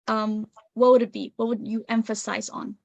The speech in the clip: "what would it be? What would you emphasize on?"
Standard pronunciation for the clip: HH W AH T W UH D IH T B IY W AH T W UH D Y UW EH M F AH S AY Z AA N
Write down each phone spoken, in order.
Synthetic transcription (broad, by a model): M W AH T W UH D IH T B IY W AH T W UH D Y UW EH M F AH S AY Z N